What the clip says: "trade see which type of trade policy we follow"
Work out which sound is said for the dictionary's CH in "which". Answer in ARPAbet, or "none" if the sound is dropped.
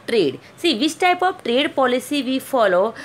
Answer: S